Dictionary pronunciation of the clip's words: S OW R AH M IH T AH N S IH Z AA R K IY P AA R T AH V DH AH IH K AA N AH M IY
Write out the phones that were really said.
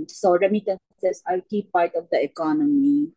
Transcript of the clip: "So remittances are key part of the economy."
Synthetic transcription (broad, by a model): S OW R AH M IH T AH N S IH S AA L K IY P AA R T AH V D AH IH K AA N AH M IY